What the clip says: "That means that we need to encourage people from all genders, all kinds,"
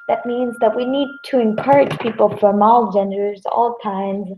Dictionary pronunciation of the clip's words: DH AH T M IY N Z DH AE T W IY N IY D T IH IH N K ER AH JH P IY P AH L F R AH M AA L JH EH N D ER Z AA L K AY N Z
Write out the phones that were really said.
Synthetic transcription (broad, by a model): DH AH T M IY N Z DH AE T W IY N IY D T IH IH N K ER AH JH P IY P L F R AH M AA L JH EH N D ER Z AA L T AY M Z